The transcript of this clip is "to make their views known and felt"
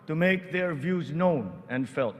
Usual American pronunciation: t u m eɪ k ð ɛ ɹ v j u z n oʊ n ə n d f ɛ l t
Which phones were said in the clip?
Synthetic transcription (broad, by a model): t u m eɪ k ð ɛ ɹ v j u z n oʊ n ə n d f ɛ l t